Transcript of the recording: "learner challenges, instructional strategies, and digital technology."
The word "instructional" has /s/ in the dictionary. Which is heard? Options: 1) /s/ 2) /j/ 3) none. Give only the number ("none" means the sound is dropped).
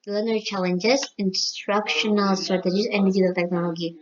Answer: 1